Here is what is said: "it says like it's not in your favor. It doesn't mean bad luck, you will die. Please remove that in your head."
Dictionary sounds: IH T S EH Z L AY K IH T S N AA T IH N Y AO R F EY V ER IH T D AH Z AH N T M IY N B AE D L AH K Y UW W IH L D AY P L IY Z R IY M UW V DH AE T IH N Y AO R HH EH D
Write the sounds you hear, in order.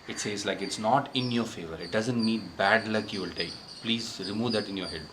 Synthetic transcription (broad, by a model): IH T S EH Z L AY K IH T S N AA T IH N Y AO R F EY V ER IH T D AH Z AH N T M IY N B AE D L AH K Y UW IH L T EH P L IY Z R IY M UW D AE T IH N Y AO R HH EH D